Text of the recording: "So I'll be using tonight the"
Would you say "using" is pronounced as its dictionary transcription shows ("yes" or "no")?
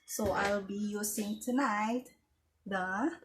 no